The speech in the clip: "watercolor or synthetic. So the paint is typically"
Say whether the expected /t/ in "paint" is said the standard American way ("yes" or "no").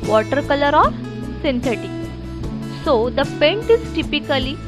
yes